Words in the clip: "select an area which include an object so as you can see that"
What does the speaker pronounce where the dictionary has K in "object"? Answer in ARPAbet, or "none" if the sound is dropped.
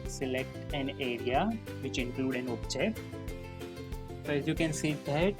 none